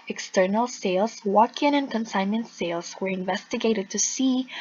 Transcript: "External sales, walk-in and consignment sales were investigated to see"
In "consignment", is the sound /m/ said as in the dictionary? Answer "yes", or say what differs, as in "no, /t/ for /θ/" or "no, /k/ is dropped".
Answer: no, /m/ is dropped